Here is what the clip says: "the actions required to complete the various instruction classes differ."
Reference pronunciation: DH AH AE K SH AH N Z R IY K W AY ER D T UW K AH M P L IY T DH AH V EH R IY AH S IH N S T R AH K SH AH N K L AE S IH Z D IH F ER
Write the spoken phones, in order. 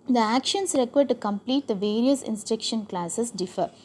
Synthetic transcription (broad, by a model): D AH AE K SH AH N S R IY K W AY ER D T UW K AH M P L IY T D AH V EH R IY AH S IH N S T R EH K SH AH N K L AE S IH S D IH F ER